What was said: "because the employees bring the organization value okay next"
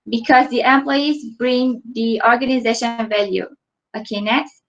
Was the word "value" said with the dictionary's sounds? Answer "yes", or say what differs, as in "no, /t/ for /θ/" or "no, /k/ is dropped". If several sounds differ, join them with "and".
yes